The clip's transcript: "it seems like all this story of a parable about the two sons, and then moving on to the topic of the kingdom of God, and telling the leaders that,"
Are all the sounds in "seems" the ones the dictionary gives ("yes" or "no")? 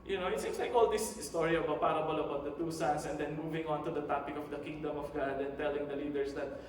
no